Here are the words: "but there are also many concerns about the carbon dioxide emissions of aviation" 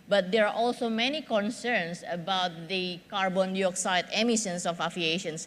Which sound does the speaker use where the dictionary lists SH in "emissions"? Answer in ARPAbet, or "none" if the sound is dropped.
S